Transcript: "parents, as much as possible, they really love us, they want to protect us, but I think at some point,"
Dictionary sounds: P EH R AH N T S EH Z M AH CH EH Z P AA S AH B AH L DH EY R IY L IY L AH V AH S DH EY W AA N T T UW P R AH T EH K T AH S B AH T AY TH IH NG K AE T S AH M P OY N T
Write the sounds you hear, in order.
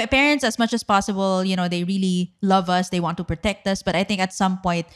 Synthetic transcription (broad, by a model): P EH R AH N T S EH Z M AH CH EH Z P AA S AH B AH L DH EY R IY L IY L AH V AH S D EY W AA N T T UW P R AH T EH K T AH S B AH T AY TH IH NG K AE T S AH M P OY N T